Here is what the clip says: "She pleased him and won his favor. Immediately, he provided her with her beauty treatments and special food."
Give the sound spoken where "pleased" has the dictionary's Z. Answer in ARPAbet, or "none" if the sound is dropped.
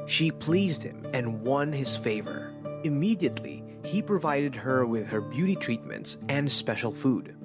Z